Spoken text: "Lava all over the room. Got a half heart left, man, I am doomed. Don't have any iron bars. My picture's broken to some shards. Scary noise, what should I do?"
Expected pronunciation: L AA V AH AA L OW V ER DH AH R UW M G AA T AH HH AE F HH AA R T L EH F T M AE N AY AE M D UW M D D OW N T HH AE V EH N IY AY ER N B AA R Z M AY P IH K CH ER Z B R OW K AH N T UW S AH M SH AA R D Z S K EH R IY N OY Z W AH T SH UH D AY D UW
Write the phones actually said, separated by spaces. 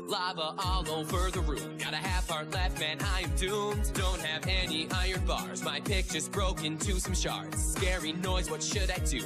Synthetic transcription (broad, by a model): L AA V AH AA L OW F ER DH AH R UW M G AA T AH HH AE F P AA R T L EH F T M AE N AY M D UW M D D OW N T HH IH V EH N IY AY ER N B AA R Z M AY P IH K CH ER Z B R OW K AH N T UW S AH M SH AA R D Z S K EH R IY N OY Z W AH T SH UH D AY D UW